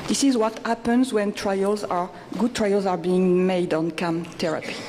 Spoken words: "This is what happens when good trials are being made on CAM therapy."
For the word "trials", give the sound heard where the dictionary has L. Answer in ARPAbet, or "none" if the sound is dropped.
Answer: L